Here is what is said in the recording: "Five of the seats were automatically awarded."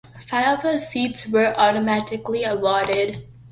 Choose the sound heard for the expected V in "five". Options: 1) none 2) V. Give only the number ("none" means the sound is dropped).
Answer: 1